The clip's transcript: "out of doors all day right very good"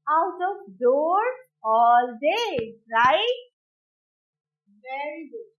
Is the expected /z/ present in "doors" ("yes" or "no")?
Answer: no